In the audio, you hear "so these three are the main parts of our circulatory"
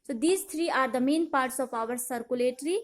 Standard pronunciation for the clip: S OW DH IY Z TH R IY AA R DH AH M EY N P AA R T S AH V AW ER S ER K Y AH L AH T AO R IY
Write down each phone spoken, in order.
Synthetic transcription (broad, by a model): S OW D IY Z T R IY AA R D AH M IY N P AA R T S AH P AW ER S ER K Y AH L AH T R IY